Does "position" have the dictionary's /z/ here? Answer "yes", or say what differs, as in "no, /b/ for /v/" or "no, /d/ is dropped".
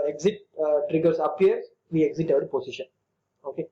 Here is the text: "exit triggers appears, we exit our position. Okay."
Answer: no, /s/ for /z/